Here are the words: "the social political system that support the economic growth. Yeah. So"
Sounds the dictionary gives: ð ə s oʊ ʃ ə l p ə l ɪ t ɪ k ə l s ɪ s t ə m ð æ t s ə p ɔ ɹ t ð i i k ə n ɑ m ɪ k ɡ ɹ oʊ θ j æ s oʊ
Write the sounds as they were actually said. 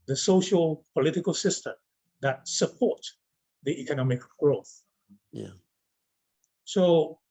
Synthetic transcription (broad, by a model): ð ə s oʊ ʃ ə l p ə l ɪ t ɪ k ə l s ɪ s t ə m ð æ t s ə p ɔ ɹ t ð i i k ə n ɑ m ɪ k ɡ ɹ oʊ θ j s oʊ